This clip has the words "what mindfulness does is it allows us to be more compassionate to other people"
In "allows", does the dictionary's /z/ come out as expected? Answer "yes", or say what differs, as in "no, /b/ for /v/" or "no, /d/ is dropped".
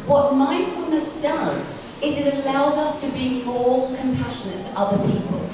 yes